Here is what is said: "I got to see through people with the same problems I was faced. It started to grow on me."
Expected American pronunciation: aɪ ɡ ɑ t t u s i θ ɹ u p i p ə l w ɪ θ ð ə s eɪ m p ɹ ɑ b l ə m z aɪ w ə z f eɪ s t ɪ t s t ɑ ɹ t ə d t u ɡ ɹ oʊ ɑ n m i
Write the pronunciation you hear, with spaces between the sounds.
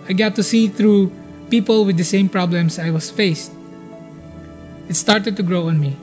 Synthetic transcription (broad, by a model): aɪ ɡ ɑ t t u s i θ ɹ u p i p ə l w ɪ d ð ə s eɪ m p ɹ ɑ b l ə m s aɪ w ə s f eɪ s t ɪ t s t ɑ ɹ t ə d t u ɡ ɹ oʊ ɑ n m i